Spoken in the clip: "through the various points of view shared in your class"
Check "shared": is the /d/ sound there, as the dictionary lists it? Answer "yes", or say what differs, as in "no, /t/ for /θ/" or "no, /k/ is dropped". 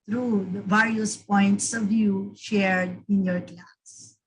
yes